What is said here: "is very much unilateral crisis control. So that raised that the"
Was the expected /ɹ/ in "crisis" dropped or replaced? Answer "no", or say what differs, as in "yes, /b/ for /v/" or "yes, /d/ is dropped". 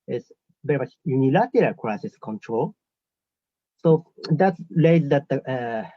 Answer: no